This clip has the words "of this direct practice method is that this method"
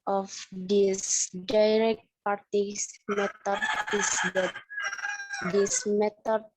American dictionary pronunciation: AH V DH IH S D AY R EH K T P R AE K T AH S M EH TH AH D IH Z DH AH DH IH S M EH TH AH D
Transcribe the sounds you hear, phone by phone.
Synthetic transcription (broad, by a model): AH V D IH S D AY R EH K T P AA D T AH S M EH T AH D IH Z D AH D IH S M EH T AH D